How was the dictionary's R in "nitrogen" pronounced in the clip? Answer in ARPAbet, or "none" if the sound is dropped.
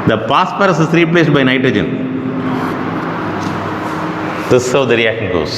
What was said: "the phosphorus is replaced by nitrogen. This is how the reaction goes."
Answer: R